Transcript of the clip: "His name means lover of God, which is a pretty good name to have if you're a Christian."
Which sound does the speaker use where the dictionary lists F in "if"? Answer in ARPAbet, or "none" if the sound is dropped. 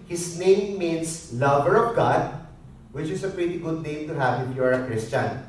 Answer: P